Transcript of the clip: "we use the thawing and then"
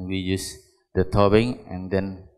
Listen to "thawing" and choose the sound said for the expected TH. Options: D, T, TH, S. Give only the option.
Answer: T